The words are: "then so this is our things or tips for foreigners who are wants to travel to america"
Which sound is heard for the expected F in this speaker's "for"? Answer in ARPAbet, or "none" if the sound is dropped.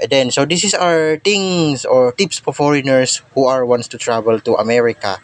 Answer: P